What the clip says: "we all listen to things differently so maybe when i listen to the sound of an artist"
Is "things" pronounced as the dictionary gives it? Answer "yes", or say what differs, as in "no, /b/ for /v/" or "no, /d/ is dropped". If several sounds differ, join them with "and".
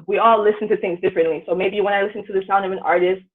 yes